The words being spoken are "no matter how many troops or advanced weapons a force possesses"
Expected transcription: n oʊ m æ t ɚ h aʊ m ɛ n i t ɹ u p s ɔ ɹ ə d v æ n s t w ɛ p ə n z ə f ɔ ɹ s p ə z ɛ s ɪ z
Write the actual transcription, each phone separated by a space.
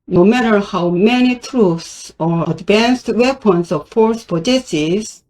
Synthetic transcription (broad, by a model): n oʊ m æ t ɚ h aʊ m ɛ n i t ɹ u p s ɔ ɹ ə d v æ n s t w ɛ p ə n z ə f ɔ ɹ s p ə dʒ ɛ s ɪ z